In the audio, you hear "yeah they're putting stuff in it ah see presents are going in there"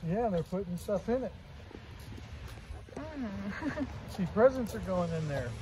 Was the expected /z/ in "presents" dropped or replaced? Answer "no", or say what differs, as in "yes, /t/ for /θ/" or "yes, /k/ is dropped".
no